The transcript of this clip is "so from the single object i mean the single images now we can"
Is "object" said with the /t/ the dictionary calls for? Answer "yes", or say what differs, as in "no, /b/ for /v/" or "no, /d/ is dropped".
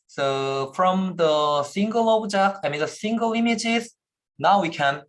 no, /t/ is dropped